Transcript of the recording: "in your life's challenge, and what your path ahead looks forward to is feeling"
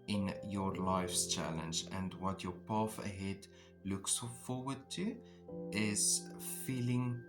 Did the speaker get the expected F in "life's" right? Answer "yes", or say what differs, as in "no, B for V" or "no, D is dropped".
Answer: yes